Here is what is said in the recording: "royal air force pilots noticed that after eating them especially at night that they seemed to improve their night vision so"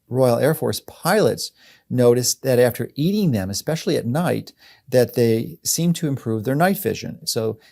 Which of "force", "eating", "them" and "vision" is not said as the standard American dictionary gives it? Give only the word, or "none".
none